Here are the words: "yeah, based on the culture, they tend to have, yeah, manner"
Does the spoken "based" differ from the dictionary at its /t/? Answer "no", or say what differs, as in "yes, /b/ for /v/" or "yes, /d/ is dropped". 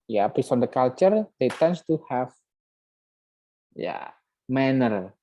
yes, /t/ is dropped